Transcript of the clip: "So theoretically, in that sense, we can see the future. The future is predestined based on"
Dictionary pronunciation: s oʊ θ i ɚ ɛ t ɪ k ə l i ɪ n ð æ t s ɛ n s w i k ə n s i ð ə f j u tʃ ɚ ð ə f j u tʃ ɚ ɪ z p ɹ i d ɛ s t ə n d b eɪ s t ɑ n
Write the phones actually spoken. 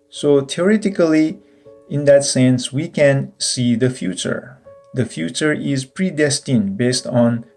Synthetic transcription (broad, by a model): s oʊ t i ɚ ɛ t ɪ k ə l i ɪ n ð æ t s ɛ n s w i k ə n s i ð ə f j u tʃ ɚ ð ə f j u tʃ ɚ ɪ z p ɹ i d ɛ s t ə n b eɪ s t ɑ n